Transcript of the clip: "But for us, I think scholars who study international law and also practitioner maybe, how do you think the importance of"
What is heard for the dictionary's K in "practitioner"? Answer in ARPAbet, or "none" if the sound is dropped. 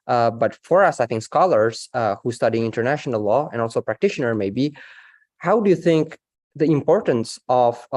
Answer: K